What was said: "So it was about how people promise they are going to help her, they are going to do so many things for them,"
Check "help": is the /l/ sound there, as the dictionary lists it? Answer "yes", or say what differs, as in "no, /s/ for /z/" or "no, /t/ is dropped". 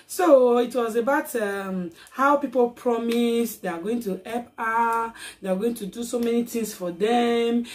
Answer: no, /l/ is dropped